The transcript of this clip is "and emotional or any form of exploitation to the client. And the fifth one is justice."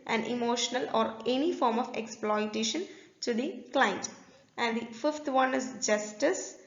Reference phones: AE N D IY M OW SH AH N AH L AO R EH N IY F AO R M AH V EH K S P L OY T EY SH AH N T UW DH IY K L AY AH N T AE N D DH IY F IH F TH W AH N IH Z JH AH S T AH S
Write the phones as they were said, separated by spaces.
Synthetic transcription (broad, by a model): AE N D IY M OW SH AH N AH L AO R EH N IY F AO R M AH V EH K S P L OY T EY SH AH N T UW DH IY K L AY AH N T AE N D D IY F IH F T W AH N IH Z JH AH S T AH S